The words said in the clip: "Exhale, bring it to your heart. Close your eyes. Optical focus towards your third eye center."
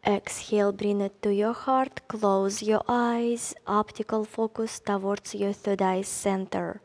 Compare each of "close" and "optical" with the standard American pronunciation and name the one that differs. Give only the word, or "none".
none